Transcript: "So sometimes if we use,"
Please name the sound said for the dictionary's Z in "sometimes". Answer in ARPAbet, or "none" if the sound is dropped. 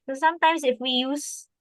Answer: S